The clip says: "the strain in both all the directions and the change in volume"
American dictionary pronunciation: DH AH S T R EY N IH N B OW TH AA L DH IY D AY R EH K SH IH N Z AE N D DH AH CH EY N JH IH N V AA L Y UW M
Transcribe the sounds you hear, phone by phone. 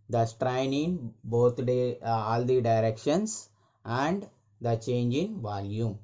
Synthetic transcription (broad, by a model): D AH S T R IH N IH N B OW T AA L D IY D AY R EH K SH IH N S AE N D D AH CH EY N JH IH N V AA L Y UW M